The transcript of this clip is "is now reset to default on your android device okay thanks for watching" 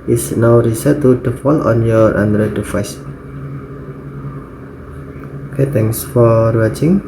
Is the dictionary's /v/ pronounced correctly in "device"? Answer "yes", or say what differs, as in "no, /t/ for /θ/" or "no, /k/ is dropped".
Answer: no, /f/ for /v/